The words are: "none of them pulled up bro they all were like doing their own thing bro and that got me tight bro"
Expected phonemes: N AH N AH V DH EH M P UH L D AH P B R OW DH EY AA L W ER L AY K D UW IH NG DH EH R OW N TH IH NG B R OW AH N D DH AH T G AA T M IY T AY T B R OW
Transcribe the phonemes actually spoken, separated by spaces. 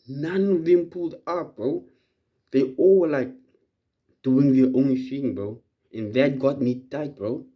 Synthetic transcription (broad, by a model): N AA N AH V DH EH M P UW L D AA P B OW DH EY AA L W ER L AY K D UW IH NG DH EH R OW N F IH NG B OW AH N DH AH T G AA T M IY T AY T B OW